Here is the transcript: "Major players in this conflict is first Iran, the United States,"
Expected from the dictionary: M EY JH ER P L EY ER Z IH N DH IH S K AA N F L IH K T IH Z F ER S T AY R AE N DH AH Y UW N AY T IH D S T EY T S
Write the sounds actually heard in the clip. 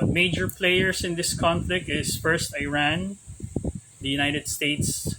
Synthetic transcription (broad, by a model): M EY JH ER P L EY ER S IH N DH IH S K AA N F L IH K T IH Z F ER S T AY R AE N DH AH Y UW N AY T IH D S T EY T S